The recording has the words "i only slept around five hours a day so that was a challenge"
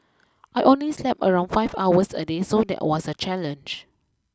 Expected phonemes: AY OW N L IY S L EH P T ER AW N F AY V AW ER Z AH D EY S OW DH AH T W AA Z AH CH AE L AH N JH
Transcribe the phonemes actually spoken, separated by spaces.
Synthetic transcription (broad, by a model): AY OW N L IY S L EH P ER AW N F AY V AW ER S AH D EY S OW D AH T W AA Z AH CH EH L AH N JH